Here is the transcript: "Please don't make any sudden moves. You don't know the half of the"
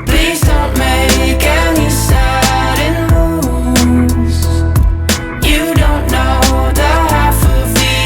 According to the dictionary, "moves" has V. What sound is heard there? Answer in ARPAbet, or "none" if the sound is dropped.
none